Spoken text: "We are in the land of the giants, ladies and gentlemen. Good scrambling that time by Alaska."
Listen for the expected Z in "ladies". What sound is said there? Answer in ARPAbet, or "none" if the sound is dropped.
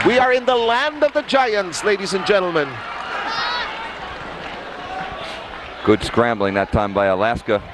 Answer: Z